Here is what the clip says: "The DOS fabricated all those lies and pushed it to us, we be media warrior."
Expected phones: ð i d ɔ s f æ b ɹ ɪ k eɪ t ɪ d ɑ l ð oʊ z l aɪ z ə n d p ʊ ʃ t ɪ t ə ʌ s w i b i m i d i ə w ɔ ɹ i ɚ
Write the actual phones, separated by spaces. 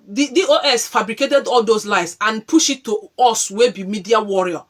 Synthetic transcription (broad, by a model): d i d ɔ s f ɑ b ɹ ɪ k eɪ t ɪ d ɑ l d oʊ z l aɪ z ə n p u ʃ ɪ t ə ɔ s w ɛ b i m i d i ə w ɔ ɹ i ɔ